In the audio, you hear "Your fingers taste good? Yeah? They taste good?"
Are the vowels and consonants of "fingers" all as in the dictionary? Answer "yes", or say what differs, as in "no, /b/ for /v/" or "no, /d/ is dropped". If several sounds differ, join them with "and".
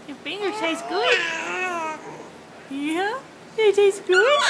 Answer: no, /z/ is dropped